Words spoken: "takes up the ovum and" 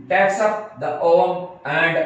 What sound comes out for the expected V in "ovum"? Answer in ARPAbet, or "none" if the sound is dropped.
none